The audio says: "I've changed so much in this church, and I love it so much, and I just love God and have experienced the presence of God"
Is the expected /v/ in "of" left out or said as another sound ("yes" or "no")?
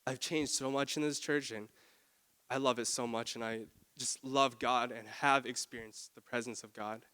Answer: no